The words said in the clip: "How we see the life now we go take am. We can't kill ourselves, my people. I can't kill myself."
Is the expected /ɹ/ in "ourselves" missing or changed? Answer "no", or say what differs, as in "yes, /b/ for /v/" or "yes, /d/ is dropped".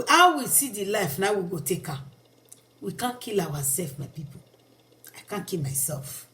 yes, /w/ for /ɹ/